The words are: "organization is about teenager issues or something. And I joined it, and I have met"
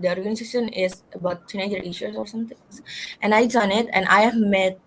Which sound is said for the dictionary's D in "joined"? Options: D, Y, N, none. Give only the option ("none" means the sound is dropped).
none